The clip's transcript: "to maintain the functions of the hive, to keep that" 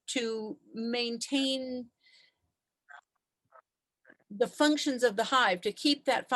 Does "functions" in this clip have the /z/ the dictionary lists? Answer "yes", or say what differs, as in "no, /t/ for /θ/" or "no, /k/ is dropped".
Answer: yes